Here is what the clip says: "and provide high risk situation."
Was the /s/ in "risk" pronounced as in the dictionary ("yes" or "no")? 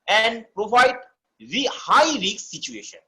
no